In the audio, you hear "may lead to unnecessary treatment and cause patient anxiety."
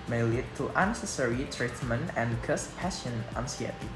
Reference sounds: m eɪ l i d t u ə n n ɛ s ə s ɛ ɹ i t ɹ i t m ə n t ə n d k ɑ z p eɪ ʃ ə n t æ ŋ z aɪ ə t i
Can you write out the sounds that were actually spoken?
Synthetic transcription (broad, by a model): m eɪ l i d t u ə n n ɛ s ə s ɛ ɹ i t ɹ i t m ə n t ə n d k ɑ s p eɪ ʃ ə n æ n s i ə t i